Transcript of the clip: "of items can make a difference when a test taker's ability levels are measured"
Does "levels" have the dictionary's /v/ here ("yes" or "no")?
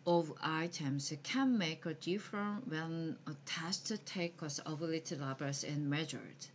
no